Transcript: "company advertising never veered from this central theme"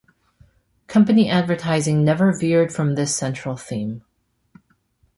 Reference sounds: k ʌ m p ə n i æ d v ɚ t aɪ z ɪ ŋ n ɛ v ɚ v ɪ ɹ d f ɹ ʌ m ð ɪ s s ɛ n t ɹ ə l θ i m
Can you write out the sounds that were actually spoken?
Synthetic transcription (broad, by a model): k ʌ m p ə n i æ d v ɚ t aɪ z ɪ ŋ n ɛ v ɚ v ɪ ɹ d f ɹ ʌ m ð ɪ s s ɛ n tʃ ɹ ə l θ i m